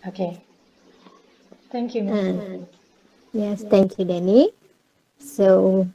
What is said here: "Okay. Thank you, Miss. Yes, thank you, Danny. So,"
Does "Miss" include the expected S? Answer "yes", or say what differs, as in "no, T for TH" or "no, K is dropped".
no, S is dropped